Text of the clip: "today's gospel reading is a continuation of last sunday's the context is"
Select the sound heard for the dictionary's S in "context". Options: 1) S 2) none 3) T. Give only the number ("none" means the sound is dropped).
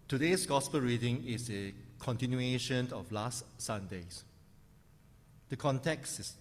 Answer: 1